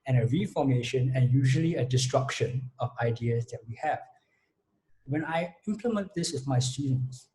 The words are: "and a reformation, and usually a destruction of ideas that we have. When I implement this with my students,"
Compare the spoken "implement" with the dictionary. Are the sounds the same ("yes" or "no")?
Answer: yes